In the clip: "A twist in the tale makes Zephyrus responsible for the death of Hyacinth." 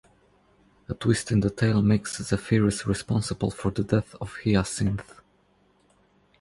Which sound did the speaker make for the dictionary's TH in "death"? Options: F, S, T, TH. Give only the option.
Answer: TH